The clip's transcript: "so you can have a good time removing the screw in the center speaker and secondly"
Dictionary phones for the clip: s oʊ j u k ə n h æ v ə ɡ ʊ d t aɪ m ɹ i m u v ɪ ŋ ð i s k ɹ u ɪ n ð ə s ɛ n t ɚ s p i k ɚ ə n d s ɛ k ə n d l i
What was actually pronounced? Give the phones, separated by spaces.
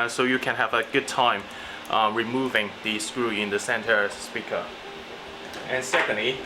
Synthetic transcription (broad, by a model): s oʊ j u k ə n h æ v ə ɡ ʊ d t aɪ m ɹ i m u v ɪ ŋ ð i s k ɹ u ɪ n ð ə s ɛ n t ɚ s p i k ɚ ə n s ɛ k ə n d l i